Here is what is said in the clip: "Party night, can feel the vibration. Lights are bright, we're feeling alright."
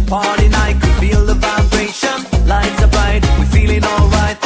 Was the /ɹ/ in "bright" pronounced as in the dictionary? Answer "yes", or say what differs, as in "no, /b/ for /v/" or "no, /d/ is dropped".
no, /ɹ/ is dropped